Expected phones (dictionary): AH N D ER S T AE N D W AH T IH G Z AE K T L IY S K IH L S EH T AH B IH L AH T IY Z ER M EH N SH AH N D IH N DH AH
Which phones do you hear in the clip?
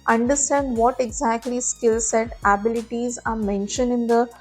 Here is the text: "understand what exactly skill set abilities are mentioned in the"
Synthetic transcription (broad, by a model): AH N D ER S T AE N D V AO T IH G Z AE K T L IY S K IH L S EH T AH B IH L AH T IY Z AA M EH N SH AH N D IH N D AH